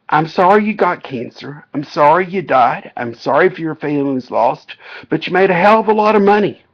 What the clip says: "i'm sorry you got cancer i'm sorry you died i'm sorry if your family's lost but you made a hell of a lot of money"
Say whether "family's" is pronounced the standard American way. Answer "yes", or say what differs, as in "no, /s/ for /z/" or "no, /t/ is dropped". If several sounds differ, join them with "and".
no, /m/ is dropped